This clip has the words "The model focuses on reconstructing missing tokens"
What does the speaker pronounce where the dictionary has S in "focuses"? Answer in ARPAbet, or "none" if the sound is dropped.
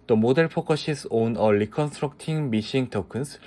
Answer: SH